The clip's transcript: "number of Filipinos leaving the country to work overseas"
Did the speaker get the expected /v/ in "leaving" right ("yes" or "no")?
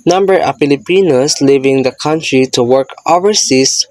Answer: yes